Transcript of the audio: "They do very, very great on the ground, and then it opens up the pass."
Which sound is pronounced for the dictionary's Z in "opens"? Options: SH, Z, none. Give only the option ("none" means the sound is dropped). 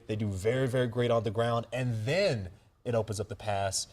Z